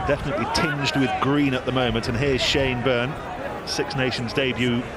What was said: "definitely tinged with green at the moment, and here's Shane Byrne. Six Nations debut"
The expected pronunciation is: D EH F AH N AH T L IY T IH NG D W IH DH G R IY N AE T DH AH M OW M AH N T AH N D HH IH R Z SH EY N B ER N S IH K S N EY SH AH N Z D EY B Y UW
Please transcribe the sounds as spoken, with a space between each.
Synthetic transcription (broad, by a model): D EH F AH N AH T L IY T IH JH D W IH DH G R IY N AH T DH AH M OW M AH N T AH N HH IH R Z SH EY N B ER N S IH K S N EY SH AH N Z D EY B Y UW